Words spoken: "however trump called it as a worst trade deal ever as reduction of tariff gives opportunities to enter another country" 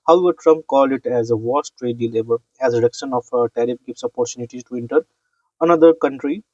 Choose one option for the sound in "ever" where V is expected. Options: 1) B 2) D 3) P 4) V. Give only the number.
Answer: 1